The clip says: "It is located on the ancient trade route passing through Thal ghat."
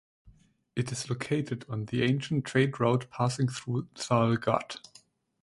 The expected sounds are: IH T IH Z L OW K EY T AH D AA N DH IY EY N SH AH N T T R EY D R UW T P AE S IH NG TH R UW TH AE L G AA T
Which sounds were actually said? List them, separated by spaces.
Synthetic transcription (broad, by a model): IH T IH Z L OW K EY T AH D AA N DH IY EY N SH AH N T T R EY D R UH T P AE S IH NG TH R UW S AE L G AA T